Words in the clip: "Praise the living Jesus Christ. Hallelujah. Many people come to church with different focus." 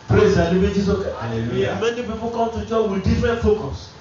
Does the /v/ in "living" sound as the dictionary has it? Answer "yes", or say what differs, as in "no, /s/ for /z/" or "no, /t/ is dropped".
no, /b/ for /v/